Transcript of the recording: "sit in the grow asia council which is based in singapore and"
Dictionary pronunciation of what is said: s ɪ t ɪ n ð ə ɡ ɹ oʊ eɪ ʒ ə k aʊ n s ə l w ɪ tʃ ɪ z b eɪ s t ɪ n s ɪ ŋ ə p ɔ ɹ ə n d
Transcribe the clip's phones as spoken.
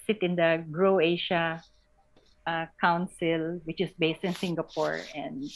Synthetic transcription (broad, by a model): s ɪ t ɪ n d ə ɡ ɹ oʊ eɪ ʃ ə k aʊ n s ə l w ɪ tʃ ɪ s b eɪ s t ɪ n s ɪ ŋ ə p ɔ ɹ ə n d